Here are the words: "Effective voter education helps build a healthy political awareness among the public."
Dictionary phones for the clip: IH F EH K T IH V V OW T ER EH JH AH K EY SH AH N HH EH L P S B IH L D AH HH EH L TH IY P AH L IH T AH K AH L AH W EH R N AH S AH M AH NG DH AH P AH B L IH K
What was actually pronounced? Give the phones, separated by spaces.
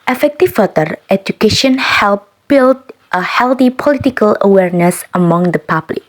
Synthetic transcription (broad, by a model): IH F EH K T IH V F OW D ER EH JH AH K EY SH AH N HH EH L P B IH L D AH HH EH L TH IY P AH L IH T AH K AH L AH W EH R N AH S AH M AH NG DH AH P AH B L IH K